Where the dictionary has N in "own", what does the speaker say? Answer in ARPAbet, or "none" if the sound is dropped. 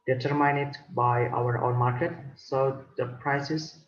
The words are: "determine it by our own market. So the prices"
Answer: N